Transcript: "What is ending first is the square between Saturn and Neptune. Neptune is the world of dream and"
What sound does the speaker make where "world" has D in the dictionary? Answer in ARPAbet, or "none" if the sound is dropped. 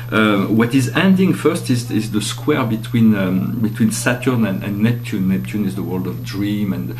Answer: D